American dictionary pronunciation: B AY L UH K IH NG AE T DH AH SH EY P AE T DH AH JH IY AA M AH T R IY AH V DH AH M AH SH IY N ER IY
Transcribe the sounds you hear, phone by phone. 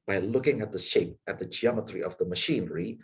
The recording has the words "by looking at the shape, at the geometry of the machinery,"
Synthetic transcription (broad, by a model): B AY L UH K IH NG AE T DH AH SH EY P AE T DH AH JH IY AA M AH T R IY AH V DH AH M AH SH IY N ER IY